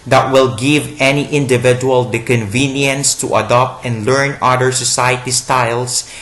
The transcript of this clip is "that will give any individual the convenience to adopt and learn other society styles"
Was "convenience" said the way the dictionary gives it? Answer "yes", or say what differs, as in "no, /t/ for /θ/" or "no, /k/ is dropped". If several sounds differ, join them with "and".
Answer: yes